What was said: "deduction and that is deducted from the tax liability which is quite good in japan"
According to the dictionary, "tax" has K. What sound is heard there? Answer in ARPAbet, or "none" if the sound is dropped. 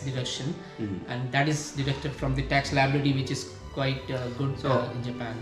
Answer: K